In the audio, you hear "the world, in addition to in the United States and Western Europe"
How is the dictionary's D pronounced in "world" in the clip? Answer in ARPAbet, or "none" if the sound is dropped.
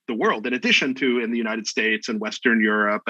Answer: D